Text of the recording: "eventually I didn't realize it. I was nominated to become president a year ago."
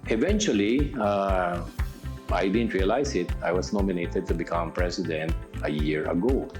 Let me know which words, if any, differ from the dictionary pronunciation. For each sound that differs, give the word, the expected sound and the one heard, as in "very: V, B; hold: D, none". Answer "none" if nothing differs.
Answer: realize: Z, S; was: Z, S; president: Z, S